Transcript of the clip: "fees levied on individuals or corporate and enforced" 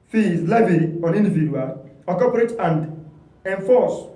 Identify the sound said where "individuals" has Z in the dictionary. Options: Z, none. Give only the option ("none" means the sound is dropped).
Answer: none